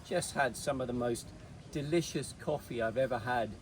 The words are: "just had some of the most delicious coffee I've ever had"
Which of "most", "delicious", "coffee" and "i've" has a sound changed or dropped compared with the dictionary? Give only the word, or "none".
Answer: none